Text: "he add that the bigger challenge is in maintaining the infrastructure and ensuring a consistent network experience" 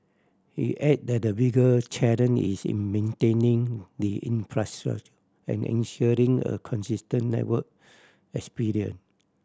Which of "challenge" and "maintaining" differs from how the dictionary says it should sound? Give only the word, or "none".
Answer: challenge